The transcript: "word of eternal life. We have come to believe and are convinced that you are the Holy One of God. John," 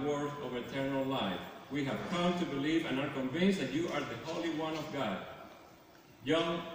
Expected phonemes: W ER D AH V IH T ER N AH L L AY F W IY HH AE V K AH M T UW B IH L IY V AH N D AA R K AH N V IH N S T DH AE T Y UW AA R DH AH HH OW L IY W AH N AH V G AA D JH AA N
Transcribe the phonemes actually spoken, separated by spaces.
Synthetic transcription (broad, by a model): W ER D AH V IH T ER N AH L L AY F W IY HH AE V K AH M T UW B IH L IY V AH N AA R K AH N V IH N S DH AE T Y UW AA R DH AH HH OW L IY W AH N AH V G AA D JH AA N